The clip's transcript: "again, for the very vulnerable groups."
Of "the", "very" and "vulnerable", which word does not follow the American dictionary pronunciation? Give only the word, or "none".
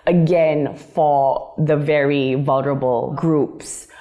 none